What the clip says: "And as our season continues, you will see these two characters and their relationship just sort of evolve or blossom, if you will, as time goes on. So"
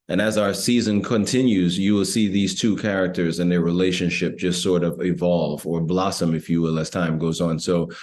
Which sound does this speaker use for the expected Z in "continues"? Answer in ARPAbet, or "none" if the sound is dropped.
Z